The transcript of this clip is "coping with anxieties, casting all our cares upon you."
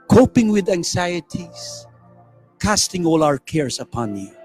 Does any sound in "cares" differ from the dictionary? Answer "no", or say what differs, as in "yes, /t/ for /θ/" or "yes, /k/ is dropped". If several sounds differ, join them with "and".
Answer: yes, /s/ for /z/